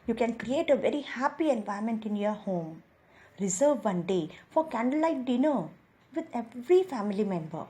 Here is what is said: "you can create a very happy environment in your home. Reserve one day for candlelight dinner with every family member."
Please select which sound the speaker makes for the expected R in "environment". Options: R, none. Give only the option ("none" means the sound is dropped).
none